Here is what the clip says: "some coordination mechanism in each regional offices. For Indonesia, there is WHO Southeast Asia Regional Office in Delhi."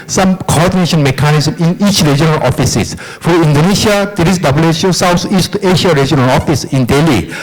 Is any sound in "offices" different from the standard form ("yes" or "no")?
yes